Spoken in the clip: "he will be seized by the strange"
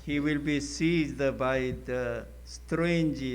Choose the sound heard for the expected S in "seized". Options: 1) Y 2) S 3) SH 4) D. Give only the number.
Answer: 2